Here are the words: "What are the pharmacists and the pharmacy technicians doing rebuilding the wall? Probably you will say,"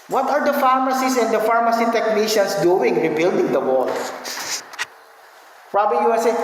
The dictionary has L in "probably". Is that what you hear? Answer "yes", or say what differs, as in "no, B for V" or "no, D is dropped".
no, L is dropped